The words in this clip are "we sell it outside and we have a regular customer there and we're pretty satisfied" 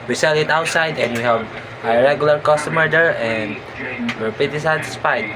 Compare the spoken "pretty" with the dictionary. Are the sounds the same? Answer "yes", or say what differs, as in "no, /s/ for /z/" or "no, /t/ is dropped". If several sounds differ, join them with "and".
no, /ɹ/ is dropped